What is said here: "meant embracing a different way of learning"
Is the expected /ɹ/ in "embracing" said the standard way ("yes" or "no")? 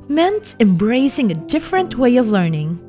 yes